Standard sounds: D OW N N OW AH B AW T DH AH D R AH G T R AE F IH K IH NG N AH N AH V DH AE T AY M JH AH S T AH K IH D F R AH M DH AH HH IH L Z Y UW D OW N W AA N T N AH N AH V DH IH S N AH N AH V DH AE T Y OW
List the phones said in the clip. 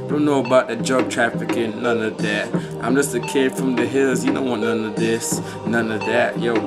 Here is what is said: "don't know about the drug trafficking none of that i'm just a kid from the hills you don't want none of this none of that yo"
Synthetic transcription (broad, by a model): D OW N N OW AH B AW T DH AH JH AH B T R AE F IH K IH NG N AH N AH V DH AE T AY M JH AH S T AH K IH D F R AH M DH AH HH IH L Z Y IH D OW N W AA T N AH N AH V DH IH S N AH N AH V DH AE T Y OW